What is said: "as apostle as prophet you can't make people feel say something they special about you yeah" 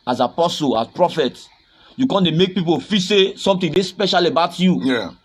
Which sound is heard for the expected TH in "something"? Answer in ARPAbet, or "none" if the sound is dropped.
T